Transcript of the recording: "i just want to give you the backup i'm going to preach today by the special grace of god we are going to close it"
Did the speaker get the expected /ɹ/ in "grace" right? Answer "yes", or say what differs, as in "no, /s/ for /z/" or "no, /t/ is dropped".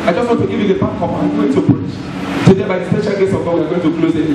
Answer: no, /ɹ/ is dropped